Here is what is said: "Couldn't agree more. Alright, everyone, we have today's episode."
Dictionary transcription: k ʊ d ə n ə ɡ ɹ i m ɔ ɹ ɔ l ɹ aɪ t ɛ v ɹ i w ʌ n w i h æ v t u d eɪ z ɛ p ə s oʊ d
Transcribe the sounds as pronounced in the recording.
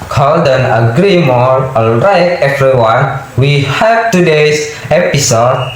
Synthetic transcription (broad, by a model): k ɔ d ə n ə ɡ ɹ i m ɔ ɹ ɔ l ɹ aɪ t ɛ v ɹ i w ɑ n w i h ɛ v t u d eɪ s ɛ p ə s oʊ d